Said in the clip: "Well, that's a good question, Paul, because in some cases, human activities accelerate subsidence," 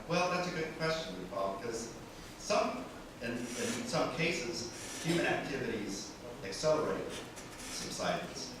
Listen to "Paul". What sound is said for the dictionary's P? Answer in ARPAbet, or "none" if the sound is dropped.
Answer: F